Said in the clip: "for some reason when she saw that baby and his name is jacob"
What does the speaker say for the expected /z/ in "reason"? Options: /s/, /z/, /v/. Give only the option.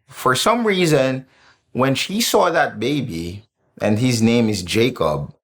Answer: /z/